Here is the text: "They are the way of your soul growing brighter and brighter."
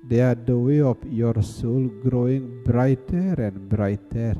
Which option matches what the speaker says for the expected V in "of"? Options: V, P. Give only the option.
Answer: P